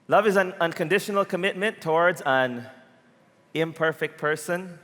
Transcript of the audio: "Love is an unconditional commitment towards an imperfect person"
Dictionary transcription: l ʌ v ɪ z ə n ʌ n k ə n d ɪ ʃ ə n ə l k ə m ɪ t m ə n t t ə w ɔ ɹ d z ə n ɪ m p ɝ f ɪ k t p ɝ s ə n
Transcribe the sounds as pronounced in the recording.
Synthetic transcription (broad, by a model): l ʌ v ɪ z ə n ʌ n k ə n d ɪ ʃ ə n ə l k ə m ɪ t m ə n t t ə w ɔ ɹ d z ə n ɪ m p ɝ f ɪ k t p ɝ s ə n